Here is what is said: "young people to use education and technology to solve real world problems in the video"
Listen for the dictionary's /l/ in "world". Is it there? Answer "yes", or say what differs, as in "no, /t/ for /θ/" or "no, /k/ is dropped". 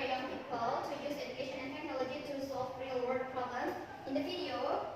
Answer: no, /l/ is dropped